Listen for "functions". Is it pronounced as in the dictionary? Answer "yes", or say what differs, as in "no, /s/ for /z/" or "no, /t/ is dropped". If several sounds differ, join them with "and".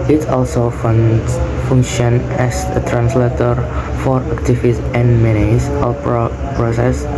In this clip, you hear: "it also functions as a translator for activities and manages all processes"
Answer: no, /z/ is dropped